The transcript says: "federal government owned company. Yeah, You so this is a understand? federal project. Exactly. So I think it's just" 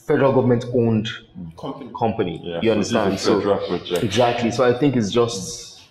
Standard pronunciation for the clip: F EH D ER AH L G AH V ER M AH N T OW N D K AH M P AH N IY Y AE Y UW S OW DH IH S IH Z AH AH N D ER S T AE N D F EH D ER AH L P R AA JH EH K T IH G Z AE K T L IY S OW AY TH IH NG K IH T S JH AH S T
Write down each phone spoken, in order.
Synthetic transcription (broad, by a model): F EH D ER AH L G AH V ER M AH N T OW N D K AH M P AH N IY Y Y UW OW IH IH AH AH N D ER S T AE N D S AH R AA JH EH IH G Z AE K T L IY S OW AY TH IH NG K IH T S JH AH S T